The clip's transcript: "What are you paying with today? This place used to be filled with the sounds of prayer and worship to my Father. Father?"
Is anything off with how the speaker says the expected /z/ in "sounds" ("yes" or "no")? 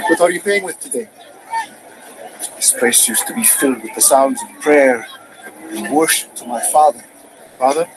no